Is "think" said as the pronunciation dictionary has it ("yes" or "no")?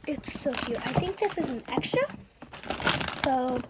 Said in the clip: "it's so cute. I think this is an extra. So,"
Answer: yes